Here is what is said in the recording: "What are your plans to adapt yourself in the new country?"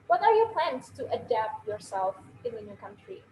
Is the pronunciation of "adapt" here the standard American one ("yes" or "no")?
yes